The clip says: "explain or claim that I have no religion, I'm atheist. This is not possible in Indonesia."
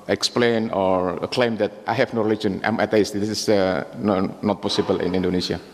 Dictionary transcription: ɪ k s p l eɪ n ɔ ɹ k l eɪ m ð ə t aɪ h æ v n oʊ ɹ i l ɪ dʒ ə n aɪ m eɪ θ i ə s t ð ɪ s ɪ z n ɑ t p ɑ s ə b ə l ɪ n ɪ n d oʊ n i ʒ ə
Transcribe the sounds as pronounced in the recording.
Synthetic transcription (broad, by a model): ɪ k s p l eɪ n ɔ ɹ k l eɪ m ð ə t aɪ h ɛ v n oʊ ɹ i l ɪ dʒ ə n aɪ m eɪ t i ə s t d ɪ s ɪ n n ɑ t p ɑ s ə b ə l ɪ n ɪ n d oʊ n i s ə